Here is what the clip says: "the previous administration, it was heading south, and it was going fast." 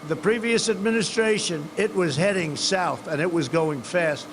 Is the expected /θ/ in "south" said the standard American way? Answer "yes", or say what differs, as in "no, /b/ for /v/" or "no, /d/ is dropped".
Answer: yes